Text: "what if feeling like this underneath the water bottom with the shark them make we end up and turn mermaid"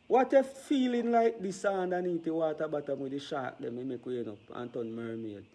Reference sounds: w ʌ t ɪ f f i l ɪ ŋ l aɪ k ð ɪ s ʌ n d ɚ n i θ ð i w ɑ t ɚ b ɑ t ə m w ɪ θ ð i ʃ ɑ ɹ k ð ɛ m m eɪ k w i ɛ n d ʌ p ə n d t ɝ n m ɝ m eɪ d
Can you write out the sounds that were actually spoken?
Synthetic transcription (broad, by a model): w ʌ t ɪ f f i l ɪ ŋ l aɪ k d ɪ s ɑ n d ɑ n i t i w ɑ t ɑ b ɑ t ə m w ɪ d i ʃ ɑ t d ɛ m m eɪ k w i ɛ n ɔ p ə n t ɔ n m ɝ m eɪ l